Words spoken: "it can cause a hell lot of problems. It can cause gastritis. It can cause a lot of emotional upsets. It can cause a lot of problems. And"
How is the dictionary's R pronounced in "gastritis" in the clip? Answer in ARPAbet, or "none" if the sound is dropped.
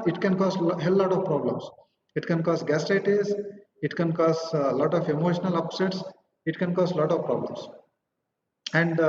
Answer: none